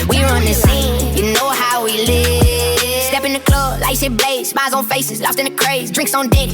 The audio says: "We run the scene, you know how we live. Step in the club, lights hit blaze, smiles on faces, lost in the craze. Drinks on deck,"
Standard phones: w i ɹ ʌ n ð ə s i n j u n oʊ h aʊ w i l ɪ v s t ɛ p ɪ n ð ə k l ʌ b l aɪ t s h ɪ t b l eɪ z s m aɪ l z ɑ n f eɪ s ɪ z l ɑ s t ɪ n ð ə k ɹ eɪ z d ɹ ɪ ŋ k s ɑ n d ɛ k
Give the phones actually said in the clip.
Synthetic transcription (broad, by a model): w i ɹ ʌ n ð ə s i n j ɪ n oʊ h aʊ w i l ɪ v s t ɛ p ɪ n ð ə k l ʌ b l aɪ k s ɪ b l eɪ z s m aɪ z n f eɪ s ɪ z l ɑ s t ɪ n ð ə k ɹ eɪ z d ɹ ɪ ŋ k s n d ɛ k